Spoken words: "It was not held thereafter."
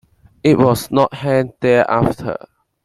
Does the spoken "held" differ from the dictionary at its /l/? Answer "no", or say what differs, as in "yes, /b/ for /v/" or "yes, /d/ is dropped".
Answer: yes, /n/ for /l/